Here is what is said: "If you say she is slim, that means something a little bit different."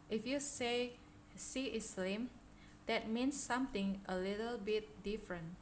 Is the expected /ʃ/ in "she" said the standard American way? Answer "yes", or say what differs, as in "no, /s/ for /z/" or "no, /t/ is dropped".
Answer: no, /s/ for /ʃ/